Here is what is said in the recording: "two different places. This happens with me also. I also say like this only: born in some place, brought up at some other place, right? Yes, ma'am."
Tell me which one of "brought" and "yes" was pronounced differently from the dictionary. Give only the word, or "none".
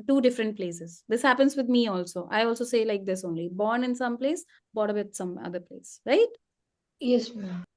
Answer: brought